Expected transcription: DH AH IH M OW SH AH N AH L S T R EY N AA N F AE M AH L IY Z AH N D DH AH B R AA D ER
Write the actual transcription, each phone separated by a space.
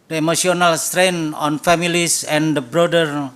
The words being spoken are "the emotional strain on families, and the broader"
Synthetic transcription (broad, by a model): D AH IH M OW S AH N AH L S T R EY N AA N F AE M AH L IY S AH N D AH B R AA D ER